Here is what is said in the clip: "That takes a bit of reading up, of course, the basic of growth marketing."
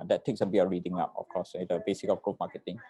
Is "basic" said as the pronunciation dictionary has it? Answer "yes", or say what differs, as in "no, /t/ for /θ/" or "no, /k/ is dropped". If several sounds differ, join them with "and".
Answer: yes